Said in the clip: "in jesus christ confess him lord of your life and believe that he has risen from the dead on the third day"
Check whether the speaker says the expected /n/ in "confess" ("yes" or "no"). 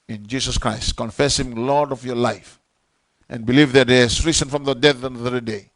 yes